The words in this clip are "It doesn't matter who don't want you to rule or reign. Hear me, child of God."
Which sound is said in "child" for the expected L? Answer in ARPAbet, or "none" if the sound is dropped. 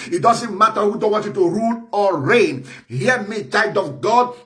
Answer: none